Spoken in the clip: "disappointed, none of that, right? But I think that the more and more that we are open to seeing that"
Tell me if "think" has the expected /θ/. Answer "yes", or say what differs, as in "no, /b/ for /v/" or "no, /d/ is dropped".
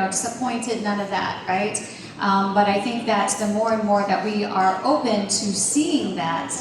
yes